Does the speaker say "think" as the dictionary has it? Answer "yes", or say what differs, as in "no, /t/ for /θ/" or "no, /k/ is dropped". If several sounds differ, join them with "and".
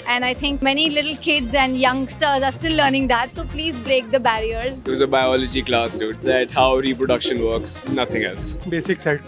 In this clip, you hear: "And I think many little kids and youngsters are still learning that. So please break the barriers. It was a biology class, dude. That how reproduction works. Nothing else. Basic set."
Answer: no, /t/ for /θ/